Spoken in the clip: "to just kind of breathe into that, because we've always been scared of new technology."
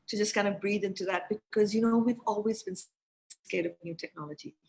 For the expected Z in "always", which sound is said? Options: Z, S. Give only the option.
Z